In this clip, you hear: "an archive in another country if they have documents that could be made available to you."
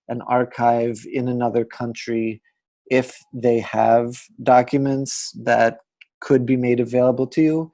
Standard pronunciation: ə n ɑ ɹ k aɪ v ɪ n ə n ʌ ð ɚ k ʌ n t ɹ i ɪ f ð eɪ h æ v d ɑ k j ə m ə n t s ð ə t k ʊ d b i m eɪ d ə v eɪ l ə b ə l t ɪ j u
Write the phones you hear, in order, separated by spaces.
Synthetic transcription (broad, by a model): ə n ɑ ɹ k aɪ v ɪ n ə n ʌ ð ɚ k ʌ n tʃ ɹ i ɪ f ð eɪ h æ v d ɑ k j ə m ə n t s ð ə t k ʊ d b i m eɪ d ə v eɪ l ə b l t ɪ j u